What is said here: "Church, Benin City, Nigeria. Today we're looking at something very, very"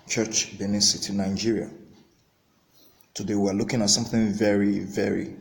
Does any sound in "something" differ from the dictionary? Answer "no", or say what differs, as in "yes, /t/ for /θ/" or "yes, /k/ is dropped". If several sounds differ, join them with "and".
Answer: no